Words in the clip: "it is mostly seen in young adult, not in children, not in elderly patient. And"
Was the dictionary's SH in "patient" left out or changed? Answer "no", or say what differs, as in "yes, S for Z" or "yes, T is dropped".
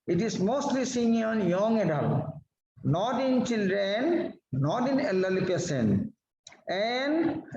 yes, S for SH